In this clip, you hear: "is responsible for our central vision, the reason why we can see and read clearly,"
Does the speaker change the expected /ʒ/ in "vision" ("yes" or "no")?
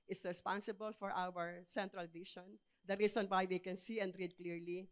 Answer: yes